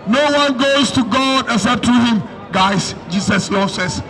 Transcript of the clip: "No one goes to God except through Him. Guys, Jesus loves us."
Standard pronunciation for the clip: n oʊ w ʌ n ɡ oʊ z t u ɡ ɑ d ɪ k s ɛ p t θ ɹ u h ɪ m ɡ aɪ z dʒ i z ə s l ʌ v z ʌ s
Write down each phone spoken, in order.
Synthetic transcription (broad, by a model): n oʊ w ʌ n ɡ oʊ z t u ɡ ɑ d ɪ s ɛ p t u h ɪ m ɡ aɪ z dʒ i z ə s l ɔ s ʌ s